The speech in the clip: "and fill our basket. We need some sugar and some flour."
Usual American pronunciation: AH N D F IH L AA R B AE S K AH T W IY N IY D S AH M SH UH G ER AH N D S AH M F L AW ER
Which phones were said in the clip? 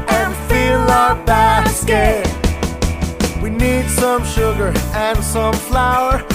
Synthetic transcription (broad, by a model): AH N F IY L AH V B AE S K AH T W IY N IY D S AH M SH UH G ER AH N S AH M F L AW ER